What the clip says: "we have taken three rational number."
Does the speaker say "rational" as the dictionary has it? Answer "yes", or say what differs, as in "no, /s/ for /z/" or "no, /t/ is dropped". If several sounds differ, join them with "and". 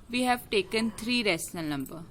no, /s/ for /ʃ/